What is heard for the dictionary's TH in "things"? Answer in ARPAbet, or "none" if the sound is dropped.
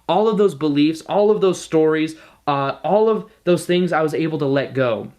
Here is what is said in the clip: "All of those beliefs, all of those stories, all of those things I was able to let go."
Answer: TH